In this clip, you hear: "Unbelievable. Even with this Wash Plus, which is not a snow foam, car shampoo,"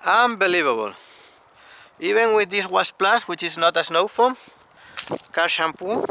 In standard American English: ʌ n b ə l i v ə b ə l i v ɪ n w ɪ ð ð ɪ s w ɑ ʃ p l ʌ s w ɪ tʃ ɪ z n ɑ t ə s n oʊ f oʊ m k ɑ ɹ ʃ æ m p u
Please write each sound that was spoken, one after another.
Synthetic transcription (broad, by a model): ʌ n b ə l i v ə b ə l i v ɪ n w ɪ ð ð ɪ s w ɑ s p l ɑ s w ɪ tʃ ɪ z n ɑ t ə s n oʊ f oʊ m k ɑ ɹ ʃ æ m p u